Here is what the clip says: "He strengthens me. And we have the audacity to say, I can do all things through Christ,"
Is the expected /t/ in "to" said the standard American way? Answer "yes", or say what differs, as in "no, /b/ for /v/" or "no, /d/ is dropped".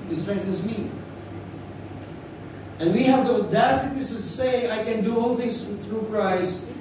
no, /s/ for /t/